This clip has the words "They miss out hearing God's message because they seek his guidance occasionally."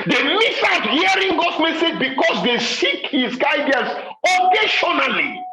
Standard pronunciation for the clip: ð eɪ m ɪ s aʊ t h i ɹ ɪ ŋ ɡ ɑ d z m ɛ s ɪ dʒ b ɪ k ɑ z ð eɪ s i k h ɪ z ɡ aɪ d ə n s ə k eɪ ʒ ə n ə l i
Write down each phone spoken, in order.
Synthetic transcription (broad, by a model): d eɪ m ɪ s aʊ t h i ɹ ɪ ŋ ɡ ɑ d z m ɛ s ɪ dʒ b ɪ k ɑ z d eɪ s i k h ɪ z ɡ aɪ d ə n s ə k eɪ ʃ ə n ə l i